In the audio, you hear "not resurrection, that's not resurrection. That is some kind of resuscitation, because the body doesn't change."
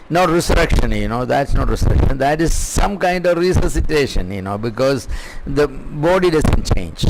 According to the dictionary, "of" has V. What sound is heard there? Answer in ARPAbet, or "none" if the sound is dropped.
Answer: V